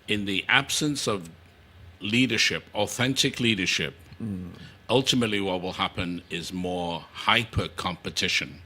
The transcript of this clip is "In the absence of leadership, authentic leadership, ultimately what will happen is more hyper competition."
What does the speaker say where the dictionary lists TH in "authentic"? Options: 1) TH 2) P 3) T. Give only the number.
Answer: 1